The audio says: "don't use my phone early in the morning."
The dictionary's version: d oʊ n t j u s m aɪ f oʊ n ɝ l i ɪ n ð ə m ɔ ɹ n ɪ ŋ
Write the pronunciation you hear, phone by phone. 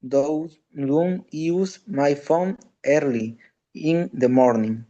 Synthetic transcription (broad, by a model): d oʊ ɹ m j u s m aɪ f oʊ n ɝ l i ɪ n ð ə m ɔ ɹ n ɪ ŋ